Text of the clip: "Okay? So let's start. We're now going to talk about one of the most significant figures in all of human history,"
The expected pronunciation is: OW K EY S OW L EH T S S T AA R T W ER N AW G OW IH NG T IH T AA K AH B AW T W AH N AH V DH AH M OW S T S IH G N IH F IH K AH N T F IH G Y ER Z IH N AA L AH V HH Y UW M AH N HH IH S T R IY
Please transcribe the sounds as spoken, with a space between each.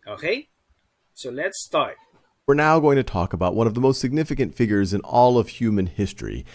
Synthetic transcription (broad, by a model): OW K EY S OW L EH T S S T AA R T W ER N AW G OW IH NG T IH T AA K AH B AW T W AH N AH V DH AH M OW S T S IH G N IH F IH K AH N T F IH G Y ER Z IH N AA L AH V HH Y UW M AH N HH IH S T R IY